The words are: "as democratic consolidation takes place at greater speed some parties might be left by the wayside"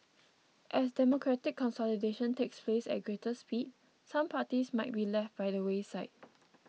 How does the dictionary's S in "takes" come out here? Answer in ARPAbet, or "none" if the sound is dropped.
S